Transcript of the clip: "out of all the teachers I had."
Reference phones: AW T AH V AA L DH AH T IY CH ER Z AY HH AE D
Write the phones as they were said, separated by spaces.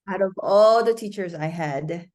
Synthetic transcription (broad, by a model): AW T AH V AA L DH AH T IY CH ER Z AY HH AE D